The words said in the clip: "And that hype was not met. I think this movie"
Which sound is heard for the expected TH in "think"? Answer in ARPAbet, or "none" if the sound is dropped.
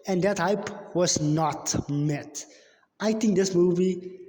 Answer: T